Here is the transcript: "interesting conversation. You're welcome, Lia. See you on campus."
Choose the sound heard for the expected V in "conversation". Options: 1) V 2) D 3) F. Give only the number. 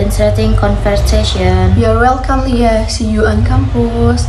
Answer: 3